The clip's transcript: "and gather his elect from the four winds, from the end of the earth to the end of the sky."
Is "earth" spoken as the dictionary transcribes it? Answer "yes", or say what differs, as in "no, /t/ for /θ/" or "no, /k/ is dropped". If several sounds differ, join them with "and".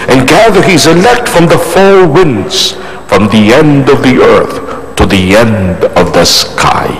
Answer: yes